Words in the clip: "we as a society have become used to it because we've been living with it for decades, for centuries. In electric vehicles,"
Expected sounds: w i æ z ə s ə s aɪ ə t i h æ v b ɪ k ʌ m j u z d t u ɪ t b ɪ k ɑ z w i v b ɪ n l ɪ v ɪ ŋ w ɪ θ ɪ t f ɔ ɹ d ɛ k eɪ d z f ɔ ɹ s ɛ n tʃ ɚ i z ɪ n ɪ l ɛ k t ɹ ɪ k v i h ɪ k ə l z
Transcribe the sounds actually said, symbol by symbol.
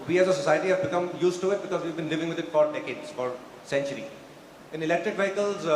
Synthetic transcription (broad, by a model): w i æ z ə s ə s aɪ ə t i h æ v b ɪ k ʌ m j u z t u ɪ t b ɪ k ɑ z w i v b ɪ n l ɪ v ɪ ŋ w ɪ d ɪ t f ɔ ɹ d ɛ k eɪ d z f ɔ ɹ s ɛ n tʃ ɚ i ɪ n ɪ l ɛ k t ɹ ɪ k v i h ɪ k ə l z